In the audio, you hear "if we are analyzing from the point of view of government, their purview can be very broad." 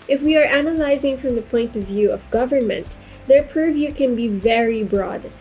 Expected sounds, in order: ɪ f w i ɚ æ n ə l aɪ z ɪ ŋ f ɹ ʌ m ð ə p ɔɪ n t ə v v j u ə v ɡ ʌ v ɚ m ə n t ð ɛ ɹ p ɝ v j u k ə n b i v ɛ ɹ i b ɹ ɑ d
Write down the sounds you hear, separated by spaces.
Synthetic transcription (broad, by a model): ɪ f w i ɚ æ n ə l aɪ z ɪ ŋ f ɹ ʌ m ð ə p ɔɪ n t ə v v j u ə v ɡ ʌ v ɚ m ə n t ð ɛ ɹ p ɝ v j u k ə n b i v ɛ ɹ i b ɹ ɑ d